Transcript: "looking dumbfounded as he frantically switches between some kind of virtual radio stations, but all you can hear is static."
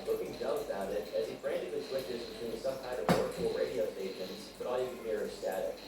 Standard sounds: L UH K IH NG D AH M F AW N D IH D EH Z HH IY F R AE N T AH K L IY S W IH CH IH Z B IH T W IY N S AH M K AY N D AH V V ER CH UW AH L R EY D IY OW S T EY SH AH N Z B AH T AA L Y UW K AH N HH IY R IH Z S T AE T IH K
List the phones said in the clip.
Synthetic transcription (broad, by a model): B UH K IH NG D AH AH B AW D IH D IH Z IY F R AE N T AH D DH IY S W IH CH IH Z B IH T W IY N S AH M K AY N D AH V W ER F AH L R EY D IY OW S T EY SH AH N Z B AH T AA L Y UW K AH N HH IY R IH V S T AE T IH